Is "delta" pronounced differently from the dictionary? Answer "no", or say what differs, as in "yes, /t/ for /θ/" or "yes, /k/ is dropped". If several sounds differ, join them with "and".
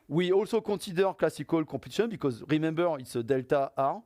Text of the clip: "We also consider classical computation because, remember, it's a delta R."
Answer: no